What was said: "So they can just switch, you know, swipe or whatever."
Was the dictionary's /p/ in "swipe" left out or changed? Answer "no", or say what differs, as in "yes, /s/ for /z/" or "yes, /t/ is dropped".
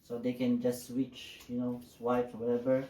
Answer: yes, /f/ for /p/